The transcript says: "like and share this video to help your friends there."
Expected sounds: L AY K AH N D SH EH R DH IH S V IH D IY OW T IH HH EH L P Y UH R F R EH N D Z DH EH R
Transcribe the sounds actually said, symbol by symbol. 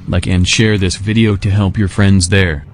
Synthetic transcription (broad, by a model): L AY K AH N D SH EH R DH IH S V IH D IY OW T IH HH EH L P Y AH R F R EH N D Z DH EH R